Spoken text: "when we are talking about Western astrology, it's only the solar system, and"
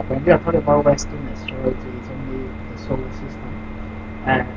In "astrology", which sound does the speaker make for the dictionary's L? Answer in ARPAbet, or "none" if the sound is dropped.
none